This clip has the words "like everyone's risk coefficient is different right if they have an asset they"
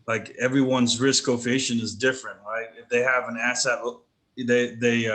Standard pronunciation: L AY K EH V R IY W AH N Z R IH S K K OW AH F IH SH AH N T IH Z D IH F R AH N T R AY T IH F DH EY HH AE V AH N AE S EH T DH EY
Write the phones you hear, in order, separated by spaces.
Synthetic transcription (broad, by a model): L AY K EH V R IY W AH N Z R IH S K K OW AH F IH SH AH N IH Z D IH F R AH N T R AY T IH F DH EY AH V AH N AE S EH T DH EY